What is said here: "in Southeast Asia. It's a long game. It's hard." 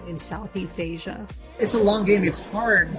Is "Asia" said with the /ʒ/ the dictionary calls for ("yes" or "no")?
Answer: yes